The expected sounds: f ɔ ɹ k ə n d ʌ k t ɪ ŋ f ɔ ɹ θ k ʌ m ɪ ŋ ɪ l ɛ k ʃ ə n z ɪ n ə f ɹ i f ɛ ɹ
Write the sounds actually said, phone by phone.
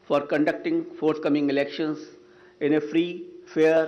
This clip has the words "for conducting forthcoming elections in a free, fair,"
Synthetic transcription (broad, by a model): f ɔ ɹ k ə n d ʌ k t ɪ ŋ f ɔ ɹ t k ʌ m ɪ ŋ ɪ l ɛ k ʃ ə n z ɪ n ə f ɹ i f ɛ ɹ